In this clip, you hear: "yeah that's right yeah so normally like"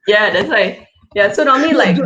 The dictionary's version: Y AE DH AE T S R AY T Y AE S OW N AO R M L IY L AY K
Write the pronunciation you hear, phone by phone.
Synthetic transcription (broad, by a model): Y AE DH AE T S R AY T Y AE S OW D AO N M IY L AY K